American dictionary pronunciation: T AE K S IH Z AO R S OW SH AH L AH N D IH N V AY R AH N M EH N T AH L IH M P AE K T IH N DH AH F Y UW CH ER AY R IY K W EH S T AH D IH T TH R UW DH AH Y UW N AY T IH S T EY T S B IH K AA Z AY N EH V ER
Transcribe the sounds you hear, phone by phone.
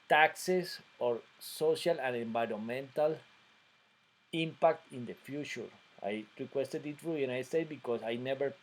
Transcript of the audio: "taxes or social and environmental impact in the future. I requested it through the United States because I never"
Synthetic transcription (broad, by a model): T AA K S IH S AO R S OW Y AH L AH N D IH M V AY R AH N M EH N T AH L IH M P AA K T IH N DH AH F Y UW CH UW AY R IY K W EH S T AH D IH T F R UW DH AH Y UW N AY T S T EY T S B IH K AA S AY N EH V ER